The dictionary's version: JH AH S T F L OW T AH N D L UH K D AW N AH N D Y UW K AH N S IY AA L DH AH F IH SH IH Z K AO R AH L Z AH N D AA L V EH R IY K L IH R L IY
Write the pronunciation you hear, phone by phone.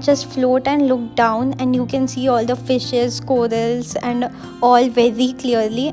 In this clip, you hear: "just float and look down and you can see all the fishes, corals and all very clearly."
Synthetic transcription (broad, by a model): JH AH S T F L OW T AH N D L UH K D AW N AH N D Y UW K AH N S IY AA L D AH F IH SH IH Z K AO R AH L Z AH N D AA L V EH R IY K L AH R L IY